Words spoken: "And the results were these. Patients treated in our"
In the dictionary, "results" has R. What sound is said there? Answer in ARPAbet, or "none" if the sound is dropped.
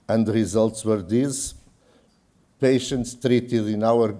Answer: R